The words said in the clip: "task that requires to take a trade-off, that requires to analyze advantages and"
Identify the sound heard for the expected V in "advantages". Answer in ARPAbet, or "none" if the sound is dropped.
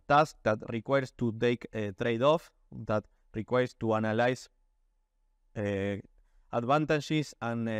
B